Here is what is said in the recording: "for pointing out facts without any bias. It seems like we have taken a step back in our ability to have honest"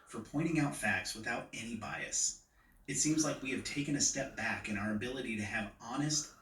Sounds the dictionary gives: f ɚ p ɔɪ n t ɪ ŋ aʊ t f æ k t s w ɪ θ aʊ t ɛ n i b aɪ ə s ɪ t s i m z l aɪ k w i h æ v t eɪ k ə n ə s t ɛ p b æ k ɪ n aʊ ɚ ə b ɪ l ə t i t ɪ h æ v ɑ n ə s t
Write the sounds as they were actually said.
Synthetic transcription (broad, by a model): f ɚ p ɔɪ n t ɪ ŋ aʊ t f æ k t s w ɪ θ aʊ t ɛ n i b aɪ ə s ɪ t s i m z l aɪ k w i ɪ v t eɪ k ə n ə s t ɛ p b æ k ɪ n aʊ ɚ ə b ɪ l ə t i t ɪ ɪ v ɑ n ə s t